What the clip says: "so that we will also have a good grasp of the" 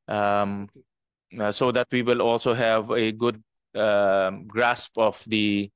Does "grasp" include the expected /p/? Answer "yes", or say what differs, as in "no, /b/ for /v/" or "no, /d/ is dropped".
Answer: yes